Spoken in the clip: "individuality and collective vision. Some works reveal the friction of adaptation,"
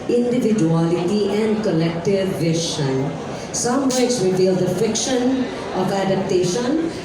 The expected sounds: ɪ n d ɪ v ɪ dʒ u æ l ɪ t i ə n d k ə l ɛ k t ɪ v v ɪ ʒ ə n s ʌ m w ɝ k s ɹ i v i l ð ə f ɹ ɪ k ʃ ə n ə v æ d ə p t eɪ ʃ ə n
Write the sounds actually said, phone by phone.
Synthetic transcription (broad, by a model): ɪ n d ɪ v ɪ dʒ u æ l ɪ t i ə n d k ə l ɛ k t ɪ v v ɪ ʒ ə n s ʌ m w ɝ s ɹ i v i l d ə f ɪ k ʃ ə n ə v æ d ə p t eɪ ʃ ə n